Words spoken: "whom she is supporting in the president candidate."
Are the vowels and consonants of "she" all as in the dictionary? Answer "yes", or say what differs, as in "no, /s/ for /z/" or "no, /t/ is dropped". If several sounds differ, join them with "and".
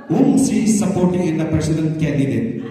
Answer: no, /s/ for /ʃ/